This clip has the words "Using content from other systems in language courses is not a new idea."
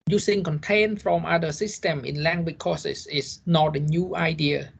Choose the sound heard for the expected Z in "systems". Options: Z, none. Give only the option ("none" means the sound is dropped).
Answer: none